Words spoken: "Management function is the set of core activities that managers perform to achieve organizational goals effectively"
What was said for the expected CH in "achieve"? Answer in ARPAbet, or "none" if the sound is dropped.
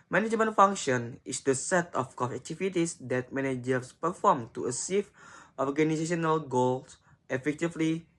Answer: S